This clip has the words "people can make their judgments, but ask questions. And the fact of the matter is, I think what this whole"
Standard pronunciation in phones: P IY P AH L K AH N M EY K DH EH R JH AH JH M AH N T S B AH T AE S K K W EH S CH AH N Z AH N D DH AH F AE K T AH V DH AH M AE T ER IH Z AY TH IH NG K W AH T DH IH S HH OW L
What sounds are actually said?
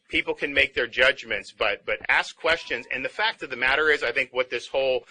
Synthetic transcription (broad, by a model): P IY P L K AH N M EY K DH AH R JH AH JH M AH N T S B AH T AE S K K W EH S CH AH N Z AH N DH AH F AE K T AH V DH AH M AE T ER IH Z AY TH IH NG K W AH T DH IH S HH OW L